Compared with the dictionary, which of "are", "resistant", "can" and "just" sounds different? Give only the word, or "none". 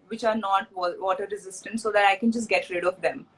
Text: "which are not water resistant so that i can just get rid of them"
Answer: none